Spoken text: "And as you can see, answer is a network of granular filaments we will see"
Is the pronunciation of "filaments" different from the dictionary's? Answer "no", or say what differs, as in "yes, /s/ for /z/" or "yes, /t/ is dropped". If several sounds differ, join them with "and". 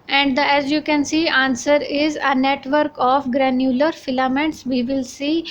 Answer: no